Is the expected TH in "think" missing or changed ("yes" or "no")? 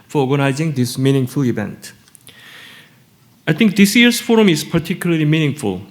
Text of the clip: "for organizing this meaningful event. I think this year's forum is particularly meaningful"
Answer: yes